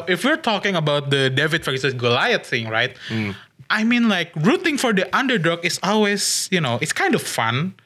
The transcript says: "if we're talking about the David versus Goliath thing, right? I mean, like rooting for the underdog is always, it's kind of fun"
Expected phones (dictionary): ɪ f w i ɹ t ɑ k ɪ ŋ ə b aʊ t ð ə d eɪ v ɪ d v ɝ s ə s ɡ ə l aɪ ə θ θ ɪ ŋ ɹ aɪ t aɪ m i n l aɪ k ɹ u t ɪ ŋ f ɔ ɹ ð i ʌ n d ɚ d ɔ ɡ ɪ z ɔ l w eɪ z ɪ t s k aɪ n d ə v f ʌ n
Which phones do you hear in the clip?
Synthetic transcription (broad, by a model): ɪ f w i ɹ t ɑ k ɪ ŋ ə b aʊ t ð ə d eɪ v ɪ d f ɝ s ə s ɡ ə l aɪ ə t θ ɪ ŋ ɹ aɪ t aɪ m i n l aɪ k ɹ u t ɪ ŋ f ɔ ɹ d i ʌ n d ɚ d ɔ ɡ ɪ s ɔ l w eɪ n ɪ t s k aɪ n d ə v f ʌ n